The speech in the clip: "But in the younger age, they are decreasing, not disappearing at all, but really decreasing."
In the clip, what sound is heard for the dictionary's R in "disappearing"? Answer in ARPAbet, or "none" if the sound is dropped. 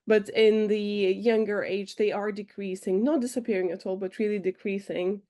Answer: R